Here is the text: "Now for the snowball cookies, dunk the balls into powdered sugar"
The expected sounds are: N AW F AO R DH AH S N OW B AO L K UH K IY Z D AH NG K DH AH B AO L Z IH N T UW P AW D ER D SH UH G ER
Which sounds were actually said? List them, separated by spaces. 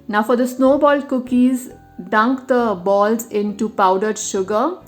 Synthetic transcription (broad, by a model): N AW F AO R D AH S N OW B AO L K UH K IY Z D AH NG K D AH B AO L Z IH N T UW P AW D ER D SH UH G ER